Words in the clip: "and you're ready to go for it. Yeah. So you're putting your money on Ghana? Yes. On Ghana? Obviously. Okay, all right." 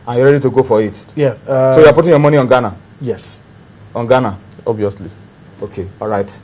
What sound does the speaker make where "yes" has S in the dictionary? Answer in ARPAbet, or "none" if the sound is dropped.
S